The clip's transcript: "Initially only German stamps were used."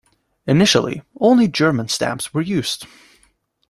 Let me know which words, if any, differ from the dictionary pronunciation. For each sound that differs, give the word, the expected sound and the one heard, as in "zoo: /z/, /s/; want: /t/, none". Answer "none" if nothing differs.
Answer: none